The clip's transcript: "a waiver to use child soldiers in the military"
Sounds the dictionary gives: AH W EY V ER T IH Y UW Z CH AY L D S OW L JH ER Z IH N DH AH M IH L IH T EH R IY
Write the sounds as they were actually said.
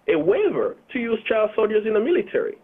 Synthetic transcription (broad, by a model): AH W EY V ER T IH Y UW Z CH AY L D S OW L JH ER Z IH N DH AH M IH L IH T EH R IY